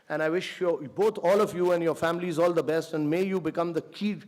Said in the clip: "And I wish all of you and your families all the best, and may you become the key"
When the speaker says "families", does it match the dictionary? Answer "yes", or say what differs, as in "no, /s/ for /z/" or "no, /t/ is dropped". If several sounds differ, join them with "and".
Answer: yes